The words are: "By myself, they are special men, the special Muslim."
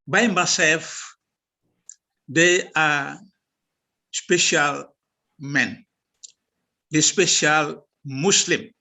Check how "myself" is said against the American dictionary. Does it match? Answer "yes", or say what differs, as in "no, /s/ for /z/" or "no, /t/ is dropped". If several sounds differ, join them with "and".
no, /l/ is dropped